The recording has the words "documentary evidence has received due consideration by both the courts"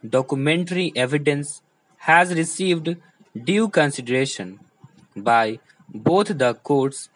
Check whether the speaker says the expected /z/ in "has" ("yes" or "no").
yes